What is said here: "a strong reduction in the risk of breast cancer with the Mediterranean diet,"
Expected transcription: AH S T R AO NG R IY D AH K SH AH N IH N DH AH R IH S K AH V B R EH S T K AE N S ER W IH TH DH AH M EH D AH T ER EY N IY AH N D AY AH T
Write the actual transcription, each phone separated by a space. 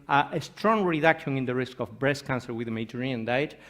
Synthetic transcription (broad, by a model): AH S T R AO NG R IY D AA K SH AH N IH N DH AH R IH S K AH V B R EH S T K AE N S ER W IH DH AH M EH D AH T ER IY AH N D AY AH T